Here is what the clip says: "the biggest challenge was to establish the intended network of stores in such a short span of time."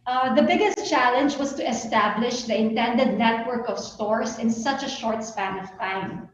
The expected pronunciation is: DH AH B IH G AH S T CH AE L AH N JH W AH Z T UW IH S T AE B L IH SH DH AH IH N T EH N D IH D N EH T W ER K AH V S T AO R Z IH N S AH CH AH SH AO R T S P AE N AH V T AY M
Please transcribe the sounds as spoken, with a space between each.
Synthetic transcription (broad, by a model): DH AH B IH G AH S T CH AE L AH N JH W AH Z T UW IH S T AE B L IH SH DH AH IH N T EH N D IH D N EH T W ER K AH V S T AO R S IH N S AH CH AH SH AO R T S P AE N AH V T AY M